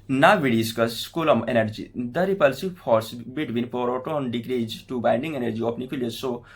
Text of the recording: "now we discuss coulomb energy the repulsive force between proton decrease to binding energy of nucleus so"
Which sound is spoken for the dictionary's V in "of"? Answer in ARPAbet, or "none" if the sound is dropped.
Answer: P